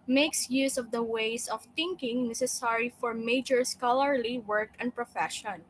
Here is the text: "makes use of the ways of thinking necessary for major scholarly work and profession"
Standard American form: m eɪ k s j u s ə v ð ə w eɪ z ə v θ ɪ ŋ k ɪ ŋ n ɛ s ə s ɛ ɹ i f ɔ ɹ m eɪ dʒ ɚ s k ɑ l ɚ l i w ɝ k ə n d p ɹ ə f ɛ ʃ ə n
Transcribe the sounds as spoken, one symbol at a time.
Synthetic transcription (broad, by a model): m eɪ k s j u s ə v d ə w eɪ s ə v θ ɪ ŋ k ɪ ŋ n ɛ s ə s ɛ ɹ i f ɔ ɹ m eɪ dʒ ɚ s k ɑ l ɚ l i w ɝ k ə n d p ɹ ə f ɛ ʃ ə n